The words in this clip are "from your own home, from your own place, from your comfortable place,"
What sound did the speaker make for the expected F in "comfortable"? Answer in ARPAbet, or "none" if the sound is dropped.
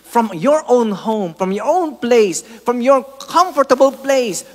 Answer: F